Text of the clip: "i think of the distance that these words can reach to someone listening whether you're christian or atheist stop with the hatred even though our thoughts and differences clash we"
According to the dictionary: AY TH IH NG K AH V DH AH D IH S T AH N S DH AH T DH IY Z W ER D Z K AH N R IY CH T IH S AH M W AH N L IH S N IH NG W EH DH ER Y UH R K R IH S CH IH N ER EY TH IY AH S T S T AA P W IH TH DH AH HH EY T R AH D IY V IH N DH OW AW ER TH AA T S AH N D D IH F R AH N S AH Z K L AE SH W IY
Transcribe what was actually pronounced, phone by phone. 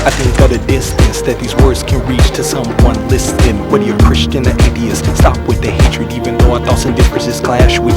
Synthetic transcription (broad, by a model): AY TH IH NG K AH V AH D IH S T AH N S DH AH T DH IY Z W ER D Z K AH N R IY CH T IH S AH M W AH N L IH S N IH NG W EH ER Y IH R K R IH S CH IH N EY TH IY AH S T S T AA P W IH DH AH HH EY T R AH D IY V IH N DH OW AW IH TH AA T S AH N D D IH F R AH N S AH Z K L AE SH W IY